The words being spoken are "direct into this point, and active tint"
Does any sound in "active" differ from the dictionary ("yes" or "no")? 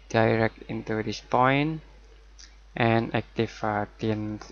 yes